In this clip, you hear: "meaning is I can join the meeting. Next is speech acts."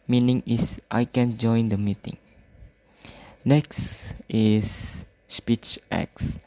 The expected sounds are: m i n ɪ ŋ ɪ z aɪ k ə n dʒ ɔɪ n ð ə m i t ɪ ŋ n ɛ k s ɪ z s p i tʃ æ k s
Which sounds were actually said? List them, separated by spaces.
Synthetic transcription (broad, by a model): m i n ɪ ŋ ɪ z aɪ k ə n dʒ ɔɪ n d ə m i t ɪ ŋ n ɛ k s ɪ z s p i tʃ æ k s